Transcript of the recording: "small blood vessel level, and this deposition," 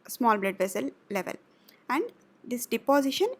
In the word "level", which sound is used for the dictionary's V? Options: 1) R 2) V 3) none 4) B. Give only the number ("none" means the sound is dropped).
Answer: 2